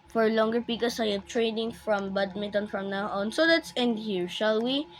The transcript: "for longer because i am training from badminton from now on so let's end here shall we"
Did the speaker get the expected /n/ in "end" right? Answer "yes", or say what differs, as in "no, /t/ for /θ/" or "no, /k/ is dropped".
yes